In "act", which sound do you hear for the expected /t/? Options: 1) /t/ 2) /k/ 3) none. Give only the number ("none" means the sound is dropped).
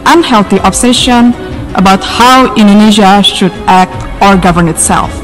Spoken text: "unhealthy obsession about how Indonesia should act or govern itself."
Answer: 1